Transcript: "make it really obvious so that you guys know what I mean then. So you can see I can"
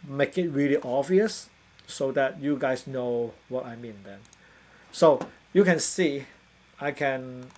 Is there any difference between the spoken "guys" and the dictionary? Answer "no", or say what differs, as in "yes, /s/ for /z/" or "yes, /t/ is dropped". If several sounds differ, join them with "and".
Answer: yes, /s/ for /z/